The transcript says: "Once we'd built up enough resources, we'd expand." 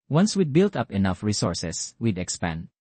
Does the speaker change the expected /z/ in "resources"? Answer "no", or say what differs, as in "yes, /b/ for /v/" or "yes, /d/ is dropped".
yes, /s/ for /z/